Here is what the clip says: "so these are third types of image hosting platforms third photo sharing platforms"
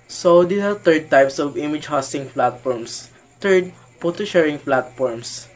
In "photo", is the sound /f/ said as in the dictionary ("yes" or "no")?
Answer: no